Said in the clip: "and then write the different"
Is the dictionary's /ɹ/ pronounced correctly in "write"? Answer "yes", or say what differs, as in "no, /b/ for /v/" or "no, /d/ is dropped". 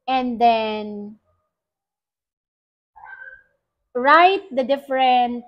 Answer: yes